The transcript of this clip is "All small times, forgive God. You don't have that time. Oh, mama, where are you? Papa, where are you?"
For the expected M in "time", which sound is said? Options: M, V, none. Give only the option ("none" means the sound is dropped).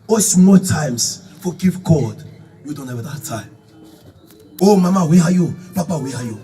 none